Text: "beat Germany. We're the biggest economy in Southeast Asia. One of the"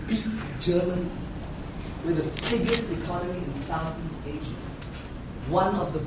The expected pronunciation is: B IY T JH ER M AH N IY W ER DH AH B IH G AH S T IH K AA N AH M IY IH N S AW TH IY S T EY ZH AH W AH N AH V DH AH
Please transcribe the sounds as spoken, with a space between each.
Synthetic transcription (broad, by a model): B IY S JH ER M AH N IY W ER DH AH B IH G AH S T IH K AA N AH M IY IH N S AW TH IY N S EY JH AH W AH N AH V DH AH